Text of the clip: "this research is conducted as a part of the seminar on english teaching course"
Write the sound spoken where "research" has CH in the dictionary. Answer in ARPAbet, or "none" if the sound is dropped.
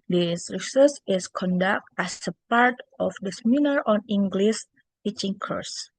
S